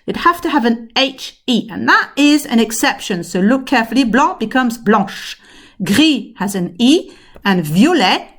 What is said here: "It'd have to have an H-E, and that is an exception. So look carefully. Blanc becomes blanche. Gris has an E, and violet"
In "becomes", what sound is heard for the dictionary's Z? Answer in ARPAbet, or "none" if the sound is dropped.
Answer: Z